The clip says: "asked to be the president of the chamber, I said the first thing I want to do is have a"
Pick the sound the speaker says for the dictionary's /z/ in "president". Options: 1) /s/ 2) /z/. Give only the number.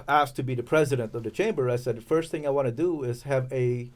2